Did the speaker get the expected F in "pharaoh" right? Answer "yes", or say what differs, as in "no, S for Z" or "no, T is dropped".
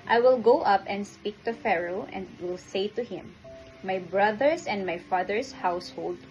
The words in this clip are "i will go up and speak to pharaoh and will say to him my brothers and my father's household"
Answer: yes